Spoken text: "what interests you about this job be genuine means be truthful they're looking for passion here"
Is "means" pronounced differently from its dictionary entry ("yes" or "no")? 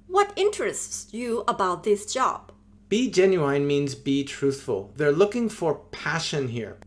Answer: no